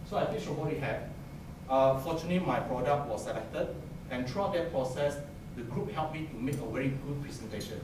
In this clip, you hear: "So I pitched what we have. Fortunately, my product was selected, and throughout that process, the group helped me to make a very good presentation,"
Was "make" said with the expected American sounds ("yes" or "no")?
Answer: yes